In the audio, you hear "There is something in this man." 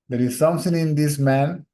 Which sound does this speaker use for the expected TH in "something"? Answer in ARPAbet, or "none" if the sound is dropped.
T